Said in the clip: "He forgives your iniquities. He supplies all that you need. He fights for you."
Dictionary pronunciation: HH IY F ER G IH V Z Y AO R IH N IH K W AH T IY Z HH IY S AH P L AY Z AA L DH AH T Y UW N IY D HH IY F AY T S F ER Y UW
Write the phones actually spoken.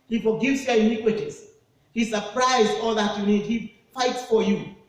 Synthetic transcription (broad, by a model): HH IY F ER G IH V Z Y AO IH N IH K W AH T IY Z HH IY S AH P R AY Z AA L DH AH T Y UW N IY D HH IY F AY T S F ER Y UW